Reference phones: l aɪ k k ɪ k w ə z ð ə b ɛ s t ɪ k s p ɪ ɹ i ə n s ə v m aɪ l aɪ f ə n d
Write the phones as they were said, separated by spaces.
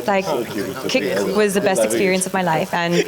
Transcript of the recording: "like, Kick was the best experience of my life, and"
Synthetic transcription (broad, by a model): l aɪ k k ɪ k w ə z ð ə b ɛ s t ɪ k s p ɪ ɹ i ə n s ə v m aɪ l aɪ f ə n